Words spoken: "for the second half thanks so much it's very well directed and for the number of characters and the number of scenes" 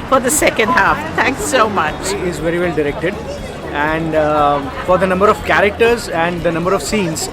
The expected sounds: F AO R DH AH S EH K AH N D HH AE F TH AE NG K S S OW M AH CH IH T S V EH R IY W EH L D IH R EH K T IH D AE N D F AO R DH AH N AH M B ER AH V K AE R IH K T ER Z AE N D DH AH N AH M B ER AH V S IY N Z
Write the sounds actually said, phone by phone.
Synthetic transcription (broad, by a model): F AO R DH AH S EH K AH N D HH AE F T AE NG K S S OW M AH CH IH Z V EH R IY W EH L D IH R EH K T IH D AE N D F AO R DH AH N AH M B ER AH V K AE R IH K T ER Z AE N D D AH N AH M B ER AH V S IY N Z